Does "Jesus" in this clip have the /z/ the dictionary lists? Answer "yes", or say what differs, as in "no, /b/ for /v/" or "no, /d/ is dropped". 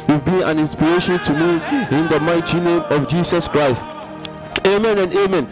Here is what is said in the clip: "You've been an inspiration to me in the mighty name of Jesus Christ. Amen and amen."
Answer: no, /s/ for /z/